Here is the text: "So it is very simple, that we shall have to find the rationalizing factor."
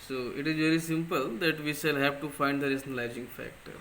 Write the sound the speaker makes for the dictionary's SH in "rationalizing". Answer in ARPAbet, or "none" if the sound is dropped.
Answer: S